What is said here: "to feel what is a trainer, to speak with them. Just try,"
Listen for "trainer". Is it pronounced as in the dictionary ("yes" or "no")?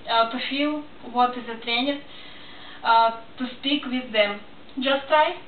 yes